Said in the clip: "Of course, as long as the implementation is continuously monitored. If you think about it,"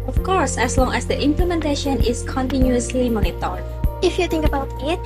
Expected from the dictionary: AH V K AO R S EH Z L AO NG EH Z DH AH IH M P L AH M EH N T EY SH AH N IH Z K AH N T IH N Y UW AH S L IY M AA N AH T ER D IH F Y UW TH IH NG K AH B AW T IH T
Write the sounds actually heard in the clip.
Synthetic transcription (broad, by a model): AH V K AO R S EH S L AO NG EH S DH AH IH M P L AH M EH N T EY SH AH N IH S K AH N T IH N Y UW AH S L IY M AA N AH T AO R IH F Y UW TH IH NG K AH B AW T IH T